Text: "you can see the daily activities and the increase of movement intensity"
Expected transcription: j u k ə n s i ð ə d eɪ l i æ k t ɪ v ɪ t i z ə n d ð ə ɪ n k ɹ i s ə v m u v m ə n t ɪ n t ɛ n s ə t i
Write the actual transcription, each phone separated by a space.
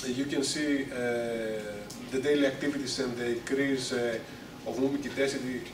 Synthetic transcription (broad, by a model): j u k ə n s i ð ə d eɪ l i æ k t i v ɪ t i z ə n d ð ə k ɹ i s ə v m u m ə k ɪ t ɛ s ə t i